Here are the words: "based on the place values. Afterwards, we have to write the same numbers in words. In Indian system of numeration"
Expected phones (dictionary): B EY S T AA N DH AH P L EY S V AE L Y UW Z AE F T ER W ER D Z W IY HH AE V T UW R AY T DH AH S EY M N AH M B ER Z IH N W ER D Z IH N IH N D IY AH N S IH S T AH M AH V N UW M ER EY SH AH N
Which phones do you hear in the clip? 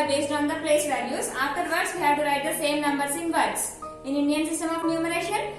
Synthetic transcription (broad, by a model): B EY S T AA N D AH P L EY S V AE N Y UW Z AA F T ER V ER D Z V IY HH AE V T UW R AY T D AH S EY M N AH M B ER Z IH N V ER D S IH N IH N D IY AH N S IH S T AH M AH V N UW M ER EY SH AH N